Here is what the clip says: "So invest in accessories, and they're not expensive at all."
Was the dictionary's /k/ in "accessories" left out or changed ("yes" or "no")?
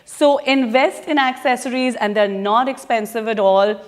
no